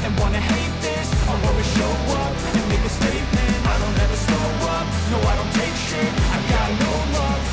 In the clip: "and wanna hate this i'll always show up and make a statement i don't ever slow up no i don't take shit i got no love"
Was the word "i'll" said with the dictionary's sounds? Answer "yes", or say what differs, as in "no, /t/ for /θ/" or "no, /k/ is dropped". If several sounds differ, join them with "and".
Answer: no, /w/ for /l/